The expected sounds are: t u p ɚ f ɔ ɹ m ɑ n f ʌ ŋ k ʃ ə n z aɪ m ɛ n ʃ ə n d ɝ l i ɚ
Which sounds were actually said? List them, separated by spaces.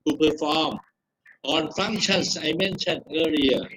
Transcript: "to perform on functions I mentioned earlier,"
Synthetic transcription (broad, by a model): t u p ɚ f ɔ m ɑ n f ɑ ŋ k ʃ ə n s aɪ m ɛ n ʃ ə n ɝ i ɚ